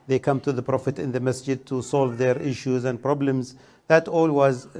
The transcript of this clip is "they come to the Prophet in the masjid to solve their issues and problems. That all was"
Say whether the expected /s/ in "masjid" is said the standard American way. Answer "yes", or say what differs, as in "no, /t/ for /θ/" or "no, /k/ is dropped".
yes